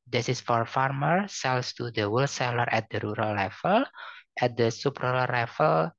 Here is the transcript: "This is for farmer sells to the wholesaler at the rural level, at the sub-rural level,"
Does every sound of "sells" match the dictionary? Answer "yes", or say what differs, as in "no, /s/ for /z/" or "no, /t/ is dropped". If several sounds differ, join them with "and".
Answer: no, /s/ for /z/